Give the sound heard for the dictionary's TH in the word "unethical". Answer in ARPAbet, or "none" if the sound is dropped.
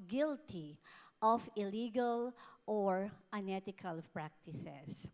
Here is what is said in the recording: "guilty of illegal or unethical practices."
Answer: T